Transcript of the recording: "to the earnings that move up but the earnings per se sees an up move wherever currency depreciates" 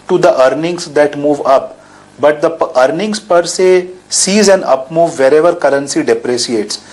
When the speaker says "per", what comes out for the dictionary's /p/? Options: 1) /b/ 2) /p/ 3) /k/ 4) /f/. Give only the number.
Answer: 2